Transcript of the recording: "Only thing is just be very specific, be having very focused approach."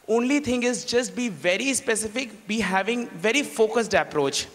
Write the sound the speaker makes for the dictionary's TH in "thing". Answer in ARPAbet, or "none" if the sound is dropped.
T